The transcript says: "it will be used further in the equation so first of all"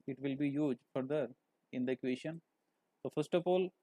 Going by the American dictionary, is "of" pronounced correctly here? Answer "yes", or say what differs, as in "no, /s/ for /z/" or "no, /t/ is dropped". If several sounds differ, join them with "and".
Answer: no, /p/ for /v/